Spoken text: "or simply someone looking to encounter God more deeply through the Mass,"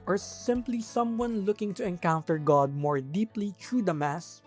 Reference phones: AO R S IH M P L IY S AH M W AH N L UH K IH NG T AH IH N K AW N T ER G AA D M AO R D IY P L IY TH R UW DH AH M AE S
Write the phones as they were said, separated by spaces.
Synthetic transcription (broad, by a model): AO R S IH M P L IY S AH M W AH N L UH K IH NG T AH IH N K AW N T ER G AA D M AO R D IY P L IY T R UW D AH M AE S